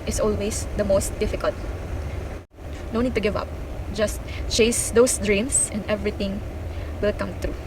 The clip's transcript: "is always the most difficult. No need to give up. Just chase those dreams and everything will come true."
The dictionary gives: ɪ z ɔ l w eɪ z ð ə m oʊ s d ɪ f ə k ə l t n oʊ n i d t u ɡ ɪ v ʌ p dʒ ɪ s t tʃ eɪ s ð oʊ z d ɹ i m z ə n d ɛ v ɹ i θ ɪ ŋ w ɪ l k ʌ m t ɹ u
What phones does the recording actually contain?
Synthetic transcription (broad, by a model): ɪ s ɔ l w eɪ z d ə m oʊ s d ɪ f ə k ə l t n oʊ n i d t u ɡ ɪ v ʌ p dʒ ɪ s t tʃ eɪ s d oʊ s d ɹ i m s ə n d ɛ v ɹ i t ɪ ŋ w ɪ l k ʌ m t ɹ u